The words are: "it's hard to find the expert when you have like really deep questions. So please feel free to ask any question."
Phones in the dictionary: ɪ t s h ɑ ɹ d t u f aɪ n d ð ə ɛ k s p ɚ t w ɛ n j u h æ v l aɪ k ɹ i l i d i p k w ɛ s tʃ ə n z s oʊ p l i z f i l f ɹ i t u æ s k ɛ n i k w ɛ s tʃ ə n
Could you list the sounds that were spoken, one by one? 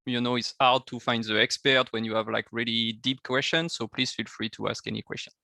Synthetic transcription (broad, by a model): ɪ t s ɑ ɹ d t u f aɪ n d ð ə ɛ k s p ɚ t w ɛ n j u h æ v l aɪ k ɹ i l i d i p k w ɛ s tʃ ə n s oʊ p l i z f i l f ɹ i t u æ s k ɛ n i k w ɛ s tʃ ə n